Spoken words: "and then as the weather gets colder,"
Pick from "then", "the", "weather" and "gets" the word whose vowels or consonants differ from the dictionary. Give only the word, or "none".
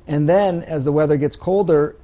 none